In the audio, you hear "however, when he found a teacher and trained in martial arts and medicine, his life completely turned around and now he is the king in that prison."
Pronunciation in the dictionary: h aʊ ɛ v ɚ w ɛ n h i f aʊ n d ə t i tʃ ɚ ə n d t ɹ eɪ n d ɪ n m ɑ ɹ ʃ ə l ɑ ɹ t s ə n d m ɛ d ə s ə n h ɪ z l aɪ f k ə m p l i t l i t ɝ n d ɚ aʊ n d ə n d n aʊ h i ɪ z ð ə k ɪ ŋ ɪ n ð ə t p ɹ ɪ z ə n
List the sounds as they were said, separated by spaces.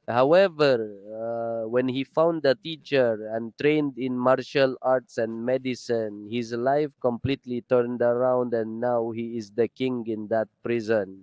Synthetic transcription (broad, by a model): h aʊ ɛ v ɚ w ɛ n h i f aʊ n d ə t i tʃ ɚ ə n t ɹ eɪ n d ɪ n m ɑ ɹ ʃ ə l ɑ ɹ t s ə n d m ɛ d ə s ə n h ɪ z l aɪ f k ə m p l i t l i t ɝ n d ɚ aʊ n d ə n n aʊ h i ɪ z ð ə k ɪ ŋ ɪ n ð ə t p ɹ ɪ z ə n